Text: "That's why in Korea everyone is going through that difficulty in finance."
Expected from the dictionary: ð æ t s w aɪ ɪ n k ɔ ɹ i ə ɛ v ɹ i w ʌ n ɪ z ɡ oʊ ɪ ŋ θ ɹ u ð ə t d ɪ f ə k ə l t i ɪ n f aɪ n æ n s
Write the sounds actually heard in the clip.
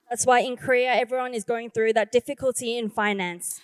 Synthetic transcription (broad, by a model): ð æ t s w aɪ ɪ n k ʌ ɹ i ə ɛ v ɹ i w ʌ n ɪ z ɡ oʊ ɪ ŋ θ ɹ u ð ə t d ɪ f ə k ə l t i ɪ n f aɪ n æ n s